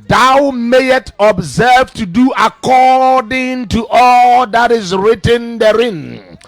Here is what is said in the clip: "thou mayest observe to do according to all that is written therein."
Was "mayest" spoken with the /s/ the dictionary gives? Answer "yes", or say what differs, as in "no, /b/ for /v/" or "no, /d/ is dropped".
no, /s/ is dropped